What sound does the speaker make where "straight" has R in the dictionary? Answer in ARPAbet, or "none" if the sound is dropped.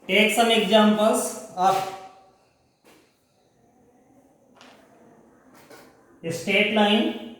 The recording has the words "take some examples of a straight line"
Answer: none